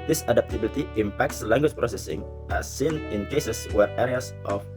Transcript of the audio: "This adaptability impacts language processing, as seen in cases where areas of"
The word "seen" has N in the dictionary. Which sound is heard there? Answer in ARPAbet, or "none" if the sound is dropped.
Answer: N